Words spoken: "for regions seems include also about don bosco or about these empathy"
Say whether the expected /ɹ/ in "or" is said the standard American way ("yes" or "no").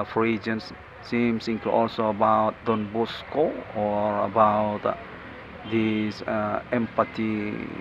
yes